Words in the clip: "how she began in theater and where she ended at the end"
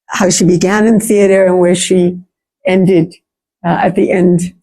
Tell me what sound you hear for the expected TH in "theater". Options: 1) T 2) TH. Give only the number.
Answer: 2